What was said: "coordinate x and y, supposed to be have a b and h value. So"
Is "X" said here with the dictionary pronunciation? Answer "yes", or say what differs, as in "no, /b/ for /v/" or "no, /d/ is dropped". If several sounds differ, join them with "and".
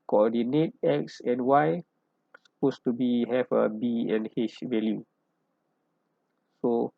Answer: yes